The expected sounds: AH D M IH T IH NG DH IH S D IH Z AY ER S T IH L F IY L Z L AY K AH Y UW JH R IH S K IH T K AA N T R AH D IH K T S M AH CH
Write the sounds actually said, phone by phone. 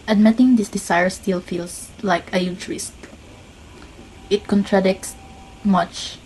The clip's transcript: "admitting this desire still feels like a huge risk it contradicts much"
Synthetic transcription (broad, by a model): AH D M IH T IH NG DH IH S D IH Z AY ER S T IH L F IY L S L AY K AH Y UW CH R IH S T IH T K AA N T R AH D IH K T S M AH CH